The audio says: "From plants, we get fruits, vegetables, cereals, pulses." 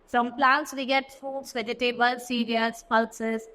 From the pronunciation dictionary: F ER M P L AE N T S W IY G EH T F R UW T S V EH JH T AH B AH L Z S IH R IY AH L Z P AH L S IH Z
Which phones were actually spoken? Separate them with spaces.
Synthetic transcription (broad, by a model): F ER M P L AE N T S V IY G EH T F AO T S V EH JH T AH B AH L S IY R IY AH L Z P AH L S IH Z